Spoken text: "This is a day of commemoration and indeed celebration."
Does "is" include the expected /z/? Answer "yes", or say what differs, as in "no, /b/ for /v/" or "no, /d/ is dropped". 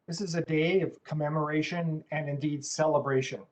yes